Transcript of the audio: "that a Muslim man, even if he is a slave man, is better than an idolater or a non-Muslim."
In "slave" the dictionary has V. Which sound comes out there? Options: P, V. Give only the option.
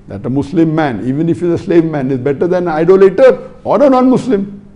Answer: V